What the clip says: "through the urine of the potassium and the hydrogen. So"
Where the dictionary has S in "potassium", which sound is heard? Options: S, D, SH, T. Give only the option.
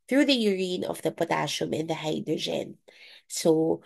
SH